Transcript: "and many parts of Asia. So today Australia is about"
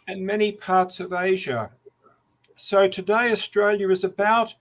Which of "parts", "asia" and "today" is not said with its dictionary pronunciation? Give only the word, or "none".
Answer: none